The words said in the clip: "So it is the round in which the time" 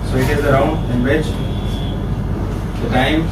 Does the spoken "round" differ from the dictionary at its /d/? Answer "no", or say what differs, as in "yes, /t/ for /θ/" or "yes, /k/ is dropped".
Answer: yes, /d/ is dropped